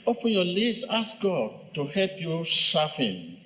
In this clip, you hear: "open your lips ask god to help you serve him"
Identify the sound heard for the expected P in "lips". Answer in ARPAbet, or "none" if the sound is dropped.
none